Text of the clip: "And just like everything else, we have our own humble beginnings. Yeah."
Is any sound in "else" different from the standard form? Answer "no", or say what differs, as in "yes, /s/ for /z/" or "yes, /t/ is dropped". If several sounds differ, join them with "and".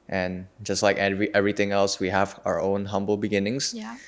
no